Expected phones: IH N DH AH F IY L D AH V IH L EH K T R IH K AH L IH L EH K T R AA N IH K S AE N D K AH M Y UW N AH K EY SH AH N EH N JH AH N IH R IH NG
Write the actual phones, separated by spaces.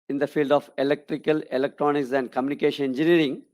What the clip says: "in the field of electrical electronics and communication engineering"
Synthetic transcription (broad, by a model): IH N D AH F IY L D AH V IH L EH K T R IH K AH L IH L EH K T R AA N IH K S AE N D K AH M Y UW N AH K EY SH AH N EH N JH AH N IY R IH NG